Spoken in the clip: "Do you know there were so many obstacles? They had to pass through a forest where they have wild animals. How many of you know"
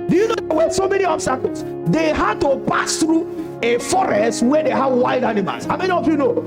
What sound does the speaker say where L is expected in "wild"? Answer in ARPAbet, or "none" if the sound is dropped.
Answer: none